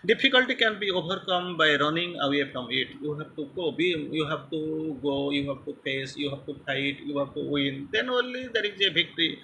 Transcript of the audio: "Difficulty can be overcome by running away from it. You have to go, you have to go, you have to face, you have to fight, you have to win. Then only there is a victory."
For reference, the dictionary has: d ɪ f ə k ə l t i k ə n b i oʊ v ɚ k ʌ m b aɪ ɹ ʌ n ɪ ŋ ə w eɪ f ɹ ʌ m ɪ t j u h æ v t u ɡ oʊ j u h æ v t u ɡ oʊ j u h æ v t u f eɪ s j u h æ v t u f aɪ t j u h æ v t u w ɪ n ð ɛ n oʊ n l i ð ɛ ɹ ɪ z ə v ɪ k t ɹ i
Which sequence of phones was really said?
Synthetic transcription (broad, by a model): d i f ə k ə l t i k ə n b i oʊ b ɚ k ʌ m b aɪ ɹ ʌ n ɪ ŋ ə w eɪ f ɹ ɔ m ɪ t j u h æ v t u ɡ oʊ j u h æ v t u ɡ oʊ j u h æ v t u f eɪ s j u h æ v t u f aɪ t j u h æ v t u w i n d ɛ n oʊ n l i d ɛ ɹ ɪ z ə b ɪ k t ɹ i